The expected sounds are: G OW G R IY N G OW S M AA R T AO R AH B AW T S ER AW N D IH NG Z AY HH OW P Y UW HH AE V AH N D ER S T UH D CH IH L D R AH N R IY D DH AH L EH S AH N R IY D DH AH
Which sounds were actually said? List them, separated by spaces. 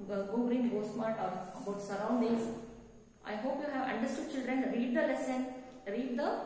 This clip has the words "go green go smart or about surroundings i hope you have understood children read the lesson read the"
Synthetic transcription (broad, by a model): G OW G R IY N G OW S M AA R T AO R AH B AW T S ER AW N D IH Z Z AY HH OW P Y UW HH AE V AH N D ER S T UH D CH IH L D R AH N R IY D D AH L EH S AH N R IY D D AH